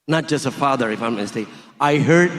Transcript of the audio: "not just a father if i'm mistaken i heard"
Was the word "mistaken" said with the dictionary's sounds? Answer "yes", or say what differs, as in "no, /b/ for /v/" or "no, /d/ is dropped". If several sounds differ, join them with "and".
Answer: no, /n/ is dropped